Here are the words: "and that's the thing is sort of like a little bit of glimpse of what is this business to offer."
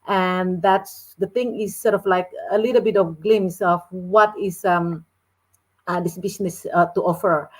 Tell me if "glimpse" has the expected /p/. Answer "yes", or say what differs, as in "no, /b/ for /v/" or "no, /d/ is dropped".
no, /p/ is dropped